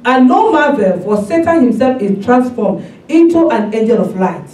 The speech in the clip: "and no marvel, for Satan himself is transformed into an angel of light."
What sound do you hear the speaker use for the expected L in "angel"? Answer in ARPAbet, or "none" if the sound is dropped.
N